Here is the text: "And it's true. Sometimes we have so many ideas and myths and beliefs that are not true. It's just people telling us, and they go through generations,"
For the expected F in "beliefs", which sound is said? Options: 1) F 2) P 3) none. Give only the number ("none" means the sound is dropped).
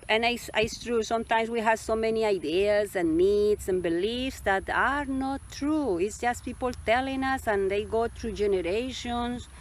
1